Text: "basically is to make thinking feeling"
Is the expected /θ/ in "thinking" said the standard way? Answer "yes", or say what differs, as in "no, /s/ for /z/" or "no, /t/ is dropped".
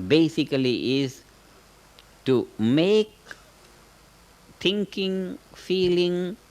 no, /t/ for /θ/